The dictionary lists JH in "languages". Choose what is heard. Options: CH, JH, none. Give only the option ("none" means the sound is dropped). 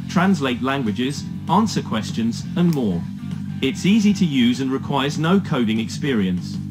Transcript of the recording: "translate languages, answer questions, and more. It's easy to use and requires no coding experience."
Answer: JH